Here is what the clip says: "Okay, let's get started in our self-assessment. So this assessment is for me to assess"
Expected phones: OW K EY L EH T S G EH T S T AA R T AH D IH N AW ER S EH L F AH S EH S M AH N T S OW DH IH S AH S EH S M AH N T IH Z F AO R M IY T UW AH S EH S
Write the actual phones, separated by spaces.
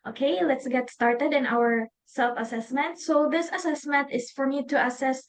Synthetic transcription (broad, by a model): OW K EY L EH T S G EH T S T AA R T AH D IH N AW ER S EH L F AH S EH S M AH N T S OW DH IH S AH S EH S M AH N T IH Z F AO R M IY T UW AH S EH S